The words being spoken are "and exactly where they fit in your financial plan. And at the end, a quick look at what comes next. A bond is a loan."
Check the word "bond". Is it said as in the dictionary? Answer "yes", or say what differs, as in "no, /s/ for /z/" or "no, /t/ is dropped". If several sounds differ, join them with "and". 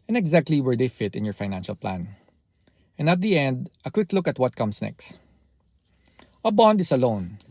yes